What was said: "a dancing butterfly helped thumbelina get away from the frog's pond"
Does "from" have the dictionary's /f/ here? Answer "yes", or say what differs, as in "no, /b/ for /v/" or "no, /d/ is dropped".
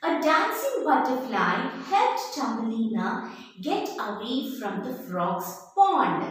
yes